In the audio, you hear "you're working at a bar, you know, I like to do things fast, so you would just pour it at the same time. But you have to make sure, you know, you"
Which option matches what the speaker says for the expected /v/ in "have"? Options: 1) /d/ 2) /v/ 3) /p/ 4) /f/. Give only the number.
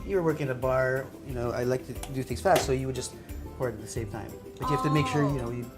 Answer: 4